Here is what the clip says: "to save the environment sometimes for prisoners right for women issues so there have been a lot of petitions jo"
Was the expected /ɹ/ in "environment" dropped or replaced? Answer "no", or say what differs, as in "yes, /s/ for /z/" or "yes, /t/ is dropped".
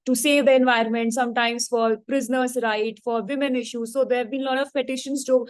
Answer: no